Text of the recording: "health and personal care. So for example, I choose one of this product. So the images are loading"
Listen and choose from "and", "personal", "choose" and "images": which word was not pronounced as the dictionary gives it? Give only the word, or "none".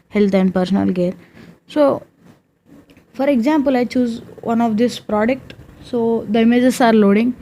images